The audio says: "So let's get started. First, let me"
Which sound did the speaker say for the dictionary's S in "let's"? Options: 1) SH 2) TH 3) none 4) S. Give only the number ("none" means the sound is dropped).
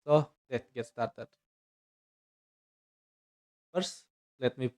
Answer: 3